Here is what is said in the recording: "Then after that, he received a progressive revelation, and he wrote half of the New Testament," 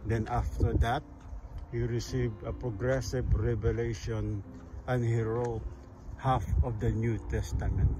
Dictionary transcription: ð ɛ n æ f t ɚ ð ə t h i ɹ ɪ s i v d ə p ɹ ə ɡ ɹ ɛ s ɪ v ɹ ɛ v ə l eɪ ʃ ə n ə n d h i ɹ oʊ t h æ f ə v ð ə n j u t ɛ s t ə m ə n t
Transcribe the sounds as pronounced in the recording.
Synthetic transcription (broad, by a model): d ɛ n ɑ f t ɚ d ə t h i ɹ ɪ s i v d ə p ɹ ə ɡ ɹ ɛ s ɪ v ɹ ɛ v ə l eɪ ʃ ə n ə n d h i ɹ oʊ t h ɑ f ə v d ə n j u t ɛ s t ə m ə n t